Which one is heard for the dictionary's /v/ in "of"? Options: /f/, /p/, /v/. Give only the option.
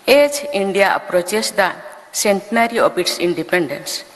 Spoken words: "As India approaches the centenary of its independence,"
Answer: /p/